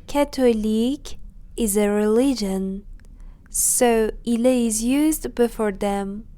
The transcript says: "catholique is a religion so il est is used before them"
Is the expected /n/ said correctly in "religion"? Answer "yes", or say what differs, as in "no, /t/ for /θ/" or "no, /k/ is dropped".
yes